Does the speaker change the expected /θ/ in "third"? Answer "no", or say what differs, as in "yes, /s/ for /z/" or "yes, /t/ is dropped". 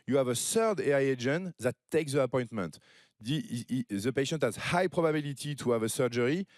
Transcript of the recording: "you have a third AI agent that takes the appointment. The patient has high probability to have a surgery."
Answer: yes, /s/ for /θ/